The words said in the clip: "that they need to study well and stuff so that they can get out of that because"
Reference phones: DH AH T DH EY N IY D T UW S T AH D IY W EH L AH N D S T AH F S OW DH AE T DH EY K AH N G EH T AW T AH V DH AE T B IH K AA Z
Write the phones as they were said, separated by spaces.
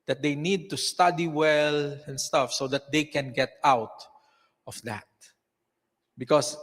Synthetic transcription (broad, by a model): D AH T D EY N IY D T UW S T AH D IY W EH L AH N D S T AH F S OW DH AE T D EY K AH N G EH T AW T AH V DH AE T B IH K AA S